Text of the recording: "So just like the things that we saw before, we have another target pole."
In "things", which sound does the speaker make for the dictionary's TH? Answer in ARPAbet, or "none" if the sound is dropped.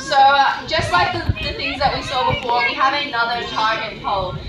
TH